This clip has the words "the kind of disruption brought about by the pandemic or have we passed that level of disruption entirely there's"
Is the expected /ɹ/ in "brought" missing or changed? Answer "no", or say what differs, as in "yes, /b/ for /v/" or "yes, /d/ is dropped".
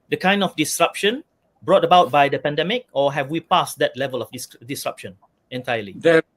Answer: no